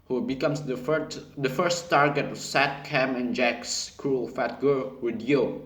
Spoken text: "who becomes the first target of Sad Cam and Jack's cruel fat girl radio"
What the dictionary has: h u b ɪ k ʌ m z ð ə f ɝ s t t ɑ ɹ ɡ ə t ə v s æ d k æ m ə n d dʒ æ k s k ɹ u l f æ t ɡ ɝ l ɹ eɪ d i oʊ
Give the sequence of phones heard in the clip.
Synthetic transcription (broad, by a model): h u b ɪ k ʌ m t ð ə f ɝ s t t ɑ ɹ ɡ ə t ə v s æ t k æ m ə n dʒ æ k s k ɹ u l f æ t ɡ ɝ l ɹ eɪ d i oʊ